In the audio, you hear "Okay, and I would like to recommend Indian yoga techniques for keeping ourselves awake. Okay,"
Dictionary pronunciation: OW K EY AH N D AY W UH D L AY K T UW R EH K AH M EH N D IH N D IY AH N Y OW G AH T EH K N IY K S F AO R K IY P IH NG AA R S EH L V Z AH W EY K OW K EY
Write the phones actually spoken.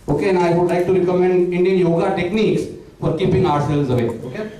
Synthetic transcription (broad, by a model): OW K EY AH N AY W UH D L AY K T UW R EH K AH M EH N D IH N D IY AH N Y OW G AH T EH K N IY K S F AO R K IY P IH NG AA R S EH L Z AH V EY OW K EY